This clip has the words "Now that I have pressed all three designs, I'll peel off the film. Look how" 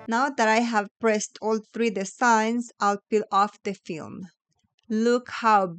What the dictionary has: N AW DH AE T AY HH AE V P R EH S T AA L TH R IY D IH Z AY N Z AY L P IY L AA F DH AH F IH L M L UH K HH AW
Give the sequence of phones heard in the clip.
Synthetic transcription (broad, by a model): N AW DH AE T AY HH AE V P R EH S T AA L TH R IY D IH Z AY N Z AY L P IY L AA F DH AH F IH L M L UH K HH AW